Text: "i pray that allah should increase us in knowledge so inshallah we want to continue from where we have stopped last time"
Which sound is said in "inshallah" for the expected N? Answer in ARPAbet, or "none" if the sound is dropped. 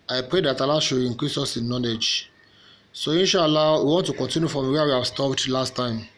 N